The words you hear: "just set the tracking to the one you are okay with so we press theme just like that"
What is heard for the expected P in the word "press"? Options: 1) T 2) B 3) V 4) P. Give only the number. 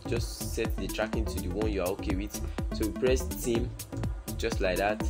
4